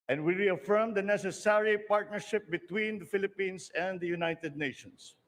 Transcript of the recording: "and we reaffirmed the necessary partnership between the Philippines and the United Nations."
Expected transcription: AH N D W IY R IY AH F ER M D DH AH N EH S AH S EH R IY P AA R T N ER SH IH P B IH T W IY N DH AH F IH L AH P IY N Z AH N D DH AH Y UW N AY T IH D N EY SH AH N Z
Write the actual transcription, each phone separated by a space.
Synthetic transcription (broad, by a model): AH N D W IY R IY AH F ER M D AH N EH S AH S EH R IY P AA R T N ER SH IH P B IH T W IY N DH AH F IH L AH P IY N S AH N D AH Y UW N AY T IH D N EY SH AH N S